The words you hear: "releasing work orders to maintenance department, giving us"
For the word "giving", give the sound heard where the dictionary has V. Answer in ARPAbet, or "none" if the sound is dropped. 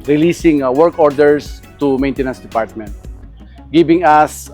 B